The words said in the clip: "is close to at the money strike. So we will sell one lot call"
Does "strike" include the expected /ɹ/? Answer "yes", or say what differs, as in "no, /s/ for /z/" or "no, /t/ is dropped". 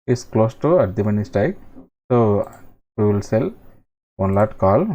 no, /ɹ/ is dropped